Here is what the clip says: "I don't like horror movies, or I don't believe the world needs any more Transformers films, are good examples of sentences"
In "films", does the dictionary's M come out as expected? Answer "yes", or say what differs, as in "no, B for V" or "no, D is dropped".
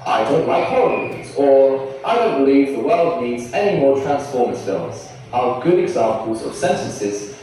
no, M is dropped